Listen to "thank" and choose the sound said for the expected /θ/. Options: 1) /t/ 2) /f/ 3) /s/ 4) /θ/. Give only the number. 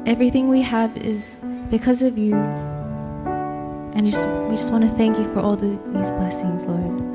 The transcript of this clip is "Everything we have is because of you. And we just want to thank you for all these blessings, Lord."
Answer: 4